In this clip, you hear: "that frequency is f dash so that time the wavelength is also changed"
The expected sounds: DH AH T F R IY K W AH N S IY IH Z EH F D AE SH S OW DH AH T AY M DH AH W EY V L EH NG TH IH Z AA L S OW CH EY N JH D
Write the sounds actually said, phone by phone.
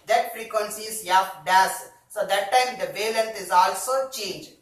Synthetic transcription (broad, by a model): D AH T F R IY K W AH N S IY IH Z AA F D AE S S OW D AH T AY M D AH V EY L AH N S IH Z AA L S OW CH EY N JH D